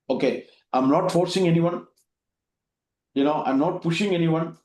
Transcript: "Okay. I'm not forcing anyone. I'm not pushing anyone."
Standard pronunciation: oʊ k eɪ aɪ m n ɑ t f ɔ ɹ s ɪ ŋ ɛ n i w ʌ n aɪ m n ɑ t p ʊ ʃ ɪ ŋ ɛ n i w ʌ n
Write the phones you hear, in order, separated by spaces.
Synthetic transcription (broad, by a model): oʊ k eɪ aɪ m n ɑ t f ɔ ɹ s ɪ ŋ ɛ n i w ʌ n aɪ m n ɑ t p ʊ ʃ ɪ ŋ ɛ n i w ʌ n